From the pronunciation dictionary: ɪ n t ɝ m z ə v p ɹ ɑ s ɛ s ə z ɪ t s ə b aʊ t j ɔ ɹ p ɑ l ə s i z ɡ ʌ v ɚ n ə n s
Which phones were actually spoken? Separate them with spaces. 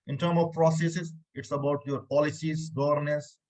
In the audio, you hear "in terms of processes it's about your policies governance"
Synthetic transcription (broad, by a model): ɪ n t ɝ m ə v p ɹ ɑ s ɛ s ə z ɪ t s ə b aʊ t j ɔ ɹ p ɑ l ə s i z ɡ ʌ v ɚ n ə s